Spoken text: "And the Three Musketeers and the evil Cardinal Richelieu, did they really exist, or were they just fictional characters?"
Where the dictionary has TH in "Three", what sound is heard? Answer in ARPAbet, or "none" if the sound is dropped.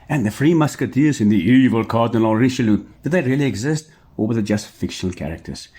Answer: F